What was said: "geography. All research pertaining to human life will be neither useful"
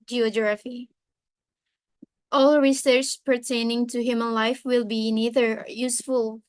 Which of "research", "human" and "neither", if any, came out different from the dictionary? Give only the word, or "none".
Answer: none